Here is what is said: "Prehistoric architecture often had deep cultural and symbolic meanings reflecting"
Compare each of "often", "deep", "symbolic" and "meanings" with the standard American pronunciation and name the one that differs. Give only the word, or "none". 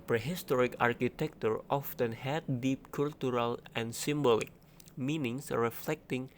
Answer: meanings